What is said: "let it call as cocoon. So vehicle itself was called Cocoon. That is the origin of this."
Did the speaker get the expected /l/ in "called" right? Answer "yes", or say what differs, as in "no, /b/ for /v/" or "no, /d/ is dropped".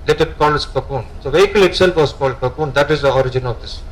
yes